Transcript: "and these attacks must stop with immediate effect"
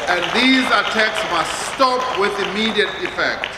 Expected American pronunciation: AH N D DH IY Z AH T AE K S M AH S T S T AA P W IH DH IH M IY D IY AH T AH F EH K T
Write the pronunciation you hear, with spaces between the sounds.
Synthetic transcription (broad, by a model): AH N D DH IY Z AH T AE K S M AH S T S T AA P W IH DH IH M IY D IY AH T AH F EH K T